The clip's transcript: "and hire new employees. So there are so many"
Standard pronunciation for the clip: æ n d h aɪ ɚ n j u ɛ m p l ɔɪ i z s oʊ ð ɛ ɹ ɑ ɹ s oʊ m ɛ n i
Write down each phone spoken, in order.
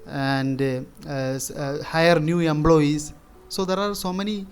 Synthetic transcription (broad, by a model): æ n d h aɪ ɚ n j u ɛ m b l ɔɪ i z s oʊ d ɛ ɹ ɑ ɹ s oʊ m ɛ n i